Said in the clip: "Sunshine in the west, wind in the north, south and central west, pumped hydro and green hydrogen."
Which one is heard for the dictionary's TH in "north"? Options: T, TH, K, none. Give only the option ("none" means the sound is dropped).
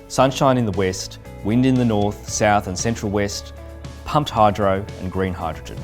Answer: TH